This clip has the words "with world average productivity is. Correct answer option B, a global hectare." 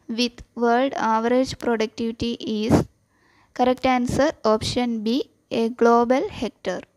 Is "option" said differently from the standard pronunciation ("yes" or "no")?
no